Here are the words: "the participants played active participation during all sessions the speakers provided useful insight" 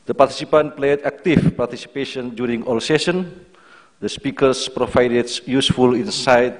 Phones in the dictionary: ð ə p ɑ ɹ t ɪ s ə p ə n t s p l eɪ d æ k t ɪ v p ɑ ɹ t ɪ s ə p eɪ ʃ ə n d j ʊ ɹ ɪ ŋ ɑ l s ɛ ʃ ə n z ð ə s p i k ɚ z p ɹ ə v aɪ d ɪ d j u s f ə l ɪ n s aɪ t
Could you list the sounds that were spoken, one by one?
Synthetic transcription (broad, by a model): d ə p ɑ ɹ t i s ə p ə n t p l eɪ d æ k t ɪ f p ɑ ɹ t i s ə p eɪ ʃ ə n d j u ɹ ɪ ŋ ɑ l s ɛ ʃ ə n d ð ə s p i k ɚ s p ɹ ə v aɪ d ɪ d j u s f ə l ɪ n s aɪ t